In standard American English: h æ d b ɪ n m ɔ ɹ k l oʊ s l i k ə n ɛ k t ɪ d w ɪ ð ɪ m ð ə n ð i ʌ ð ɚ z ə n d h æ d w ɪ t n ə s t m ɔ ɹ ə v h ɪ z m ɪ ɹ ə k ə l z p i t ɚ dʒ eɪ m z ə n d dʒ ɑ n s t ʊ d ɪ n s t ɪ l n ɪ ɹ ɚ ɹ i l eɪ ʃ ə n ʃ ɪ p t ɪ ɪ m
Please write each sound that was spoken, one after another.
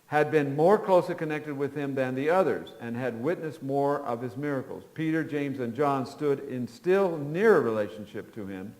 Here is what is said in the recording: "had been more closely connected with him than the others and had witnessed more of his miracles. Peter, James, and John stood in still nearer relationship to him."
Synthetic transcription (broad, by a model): h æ d b ɪ n m ɔ ɹ k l oʊ s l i k ə n ɛ k t ɪ d w ɪ ð ɪ m ð ə n ð i ʌ ð ɚ z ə n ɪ d w ɪ t n ə s t m ɔ ɹ ə v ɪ z m ɪ ɹ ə k l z p i t ɚ dʒ eɪ m z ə n dʒ ɑ n s t ʊ d ɪ n s t ɪ l n ɪ ɹ ɚ ɹ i l eɪ ʃ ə n ʃ ɪ p t ɪ ɪ m